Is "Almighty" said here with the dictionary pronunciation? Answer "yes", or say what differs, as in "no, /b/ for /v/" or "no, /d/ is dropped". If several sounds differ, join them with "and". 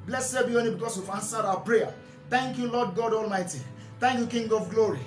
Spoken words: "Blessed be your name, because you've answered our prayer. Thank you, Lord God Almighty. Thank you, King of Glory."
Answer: yes